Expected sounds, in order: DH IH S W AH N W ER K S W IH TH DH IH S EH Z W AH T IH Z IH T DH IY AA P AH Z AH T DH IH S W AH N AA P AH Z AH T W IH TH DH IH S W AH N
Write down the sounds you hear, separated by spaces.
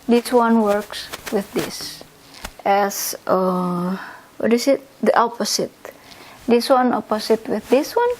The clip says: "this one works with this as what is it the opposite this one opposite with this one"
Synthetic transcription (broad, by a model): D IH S W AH N W ER K S W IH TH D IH S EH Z W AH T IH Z IH T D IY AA P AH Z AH T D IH S W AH N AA P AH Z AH T W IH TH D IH S W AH N